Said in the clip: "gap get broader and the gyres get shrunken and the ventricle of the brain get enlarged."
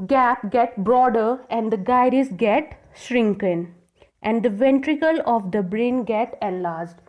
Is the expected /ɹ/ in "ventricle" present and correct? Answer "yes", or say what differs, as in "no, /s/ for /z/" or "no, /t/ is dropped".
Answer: yes